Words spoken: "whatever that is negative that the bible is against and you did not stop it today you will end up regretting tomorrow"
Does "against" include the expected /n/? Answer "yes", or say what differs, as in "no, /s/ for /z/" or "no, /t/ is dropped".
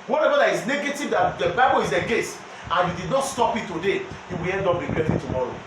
no, /n/ is dropped